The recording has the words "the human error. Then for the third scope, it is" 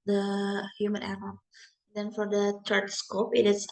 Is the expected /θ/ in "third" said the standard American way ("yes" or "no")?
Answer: no